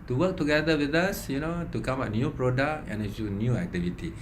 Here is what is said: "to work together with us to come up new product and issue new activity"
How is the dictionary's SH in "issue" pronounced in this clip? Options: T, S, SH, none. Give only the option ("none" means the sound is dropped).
none